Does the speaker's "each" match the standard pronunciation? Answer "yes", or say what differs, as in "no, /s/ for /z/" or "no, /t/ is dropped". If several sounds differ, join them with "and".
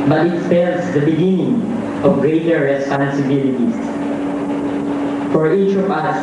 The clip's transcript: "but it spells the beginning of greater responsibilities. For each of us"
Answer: yes